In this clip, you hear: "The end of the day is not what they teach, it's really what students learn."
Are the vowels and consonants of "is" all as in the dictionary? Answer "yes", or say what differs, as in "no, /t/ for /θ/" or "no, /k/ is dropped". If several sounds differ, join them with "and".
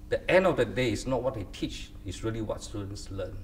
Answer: no, /s/ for /z/